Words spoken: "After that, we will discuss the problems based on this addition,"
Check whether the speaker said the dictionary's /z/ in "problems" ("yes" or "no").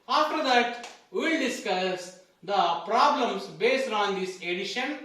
no